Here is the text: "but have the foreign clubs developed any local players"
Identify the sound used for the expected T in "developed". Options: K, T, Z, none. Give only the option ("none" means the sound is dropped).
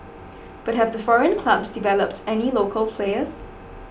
T